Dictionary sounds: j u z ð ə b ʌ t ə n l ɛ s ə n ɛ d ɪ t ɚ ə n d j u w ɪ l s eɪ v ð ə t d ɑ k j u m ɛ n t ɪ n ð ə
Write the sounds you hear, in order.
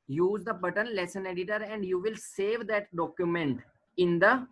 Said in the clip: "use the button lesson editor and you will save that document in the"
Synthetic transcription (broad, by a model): j u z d ə b ʌ t ə n l ɛ s ə n ɛ d ɪ t ɚ ə n d j u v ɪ l s eɪ v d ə t d ɑ k j u m ɛ n t ɪ n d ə